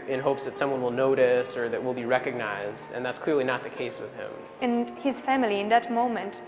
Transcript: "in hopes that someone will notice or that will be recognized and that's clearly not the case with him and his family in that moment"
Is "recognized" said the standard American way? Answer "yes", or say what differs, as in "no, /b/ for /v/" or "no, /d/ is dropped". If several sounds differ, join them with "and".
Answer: yes